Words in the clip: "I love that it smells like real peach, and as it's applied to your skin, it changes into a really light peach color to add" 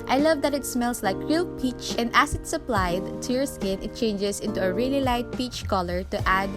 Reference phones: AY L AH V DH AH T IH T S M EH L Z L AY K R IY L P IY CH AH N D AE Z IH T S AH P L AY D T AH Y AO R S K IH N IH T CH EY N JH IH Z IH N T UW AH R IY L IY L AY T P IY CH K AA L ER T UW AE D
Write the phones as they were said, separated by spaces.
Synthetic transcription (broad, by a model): AY L AH V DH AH T IH T S M EH L S L AY K R IY L P IY CH AH N D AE S IH T S AH P L AY D T AH Y AO R S K IH N IH T CH EY N JH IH S IH N T UW AH R IY L IY L AY T P IY CH K AA L ER T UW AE D